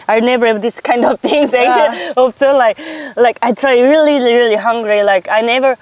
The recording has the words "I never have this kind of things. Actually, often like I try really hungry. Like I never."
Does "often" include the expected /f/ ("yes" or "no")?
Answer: no